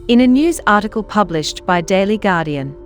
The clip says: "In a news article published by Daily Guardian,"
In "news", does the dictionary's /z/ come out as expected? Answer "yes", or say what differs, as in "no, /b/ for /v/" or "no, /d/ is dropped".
yes